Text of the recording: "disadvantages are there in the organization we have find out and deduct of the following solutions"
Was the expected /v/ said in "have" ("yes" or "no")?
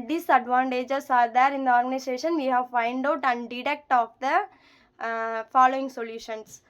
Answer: yes